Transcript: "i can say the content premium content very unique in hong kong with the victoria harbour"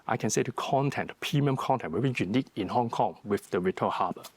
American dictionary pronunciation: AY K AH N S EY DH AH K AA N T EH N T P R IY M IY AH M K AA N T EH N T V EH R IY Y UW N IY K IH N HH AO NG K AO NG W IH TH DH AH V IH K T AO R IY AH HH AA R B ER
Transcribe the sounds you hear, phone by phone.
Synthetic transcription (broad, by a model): AY K AH N S EY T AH K AA N T EH N T P IY M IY M K AA N T EH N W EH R IY Y UW N IY K IH N HH AO NG K AO NG W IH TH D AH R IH T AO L HH AA B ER